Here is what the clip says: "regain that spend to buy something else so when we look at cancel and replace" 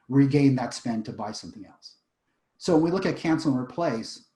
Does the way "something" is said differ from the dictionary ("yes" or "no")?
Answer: no